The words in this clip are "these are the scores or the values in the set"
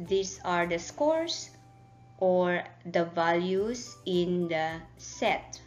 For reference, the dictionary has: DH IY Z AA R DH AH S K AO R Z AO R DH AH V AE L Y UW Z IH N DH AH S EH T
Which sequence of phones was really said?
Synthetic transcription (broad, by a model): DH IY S AA R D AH S K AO R S AO R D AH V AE L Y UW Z IH N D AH S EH T